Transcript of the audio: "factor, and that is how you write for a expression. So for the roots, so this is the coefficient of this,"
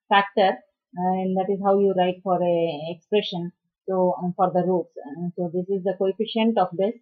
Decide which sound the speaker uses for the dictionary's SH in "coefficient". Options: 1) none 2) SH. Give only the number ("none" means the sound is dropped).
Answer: 2